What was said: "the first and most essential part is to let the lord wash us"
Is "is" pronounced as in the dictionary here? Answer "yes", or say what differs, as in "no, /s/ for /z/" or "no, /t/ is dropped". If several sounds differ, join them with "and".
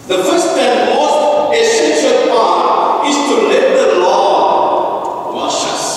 no, /s/ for /z/